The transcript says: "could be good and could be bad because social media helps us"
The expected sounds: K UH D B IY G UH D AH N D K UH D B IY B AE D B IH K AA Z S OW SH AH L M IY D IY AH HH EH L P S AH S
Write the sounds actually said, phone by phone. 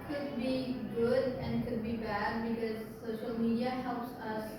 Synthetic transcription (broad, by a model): K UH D B IY G UH D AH N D K UH D B IY B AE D B IH K AA Z S OW SH AH L M IY D IY AH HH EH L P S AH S